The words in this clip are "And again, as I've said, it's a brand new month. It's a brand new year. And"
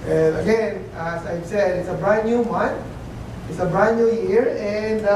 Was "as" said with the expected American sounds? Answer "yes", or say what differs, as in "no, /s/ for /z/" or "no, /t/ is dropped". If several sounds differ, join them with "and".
no, /s/ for /z/